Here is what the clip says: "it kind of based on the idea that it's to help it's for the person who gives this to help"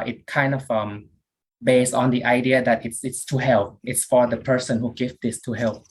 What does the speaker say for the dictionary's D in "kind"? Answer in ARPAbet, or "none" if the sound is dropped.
D